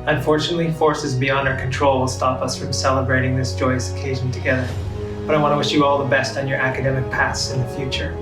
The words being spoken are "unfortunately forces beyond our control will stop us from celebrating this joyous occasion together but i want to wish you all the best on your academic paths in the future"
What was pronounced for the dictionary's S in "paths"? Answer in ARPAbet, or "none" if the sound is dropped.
S